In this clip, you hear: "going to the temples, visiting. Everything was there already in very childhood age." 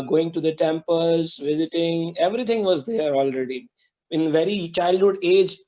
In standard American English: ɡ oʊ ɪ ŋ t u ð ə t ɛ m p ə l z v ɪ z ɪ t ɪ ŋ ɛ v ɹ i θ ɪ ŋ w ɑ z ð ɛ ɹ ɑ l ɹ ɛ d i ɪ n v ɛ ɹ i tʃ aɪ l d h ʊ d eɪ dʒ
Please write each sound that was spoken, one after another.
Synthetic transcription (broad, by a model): ɡ oʊ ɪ ŋ t u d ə t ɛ m p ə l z v ɪ z ɪ t ɪ ŋ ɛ v ɹ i t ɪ ŋ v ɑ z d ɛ ɹ ɑ l ɹ ɛ d i ɪ n v ɛ ɹ i tʃ aɪ l d h ʊ d eɪ dʒ